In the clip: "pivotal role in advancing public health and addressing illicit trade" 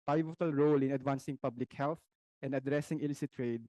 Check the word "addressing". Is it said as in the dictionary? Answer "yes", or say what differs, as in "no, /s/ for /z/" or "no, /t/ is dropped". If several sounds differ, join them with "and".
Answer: yes